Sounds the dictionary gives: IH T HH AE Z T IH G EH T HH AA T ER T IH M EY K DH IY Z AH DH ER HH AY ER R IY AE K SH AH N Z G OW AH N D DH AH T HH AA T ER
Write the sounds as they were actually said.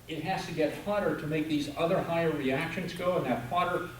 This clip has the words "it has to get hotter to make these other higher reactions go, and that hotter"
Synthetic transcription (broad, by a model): IH T HH AE Z T IH G EH T HH AA T ER T IH M EY K DH IY Z AH DH ER HH AY ER R IY AE K SH AH N Z G OW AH N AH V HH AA T ER